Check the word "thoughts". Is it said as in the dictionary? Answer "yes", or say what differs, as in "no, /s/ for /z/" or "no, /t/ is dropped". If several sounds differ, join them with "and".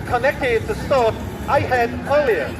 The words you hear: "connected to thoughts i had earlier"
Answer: no, /s/ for /θ/